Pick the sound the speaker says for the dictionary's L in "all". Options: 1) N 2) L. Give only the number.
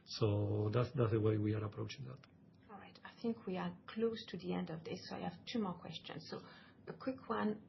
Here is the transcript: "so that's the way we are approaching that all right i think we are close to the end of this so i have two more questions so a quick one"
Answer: 2